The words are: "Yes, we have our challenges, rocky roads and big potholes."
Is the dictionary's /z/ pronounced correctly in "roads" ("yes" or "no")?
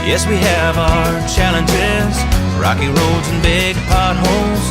yes